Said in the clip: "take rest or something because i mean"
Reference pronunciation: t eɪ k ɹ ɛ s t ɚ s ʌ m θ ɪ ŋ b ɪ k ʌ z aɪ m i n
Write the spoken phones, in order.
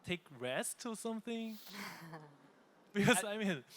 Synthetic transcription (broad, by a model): t eɪ k ɹ ɛ s t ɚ s ʌ m θ ɪ ŋ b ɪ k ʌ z aɪ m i n